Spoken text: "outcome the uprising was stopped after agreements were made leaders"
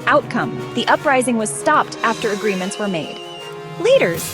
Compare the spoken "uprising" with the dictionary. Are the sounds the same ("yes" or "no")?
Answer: yes